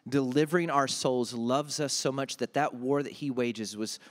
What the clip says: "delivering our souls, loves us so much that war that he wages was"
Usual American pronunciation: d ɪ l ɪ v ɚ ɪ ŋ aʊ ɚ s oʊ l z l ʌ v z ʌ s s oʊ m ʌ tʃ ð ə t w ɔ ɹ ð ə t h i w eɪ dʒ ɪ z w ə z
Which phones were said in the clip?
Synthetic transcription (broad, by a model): d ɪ l ɪ v ɚ ɪ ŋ aʊ ɚ s oʊ l z l ʌ v z ʌ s s oʊ m ʌ tʃ ð ə t w ɔ ɹ ð ə t h i w eɪ dʒ ɪ z w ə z